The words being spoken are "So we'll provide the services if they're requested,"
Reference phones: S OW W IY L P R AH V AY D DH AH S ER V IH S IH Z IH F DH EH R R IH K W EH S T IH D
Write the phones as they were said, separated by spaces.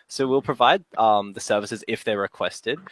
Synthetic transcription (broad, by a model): S OW W IY L P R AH V AY D DH AH S ER V IH S IH Z IH F DH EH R R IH K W EH S T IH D